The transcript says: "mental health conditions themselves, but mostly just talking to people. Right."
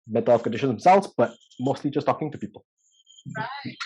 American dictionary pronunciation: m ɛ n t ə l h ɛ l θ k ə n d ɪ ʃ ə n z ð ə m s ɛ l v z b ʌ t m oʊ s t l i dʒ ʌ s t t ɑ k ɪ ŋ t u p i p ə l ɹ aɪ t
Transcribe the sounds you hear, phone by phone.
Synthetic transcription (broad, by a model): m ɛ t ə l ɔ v k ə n d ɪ ʃ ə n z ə s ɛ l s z b ʌ t m oʊ s t l i dʒ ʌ s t t ɑ k ɪ ŋ t u p i p ə l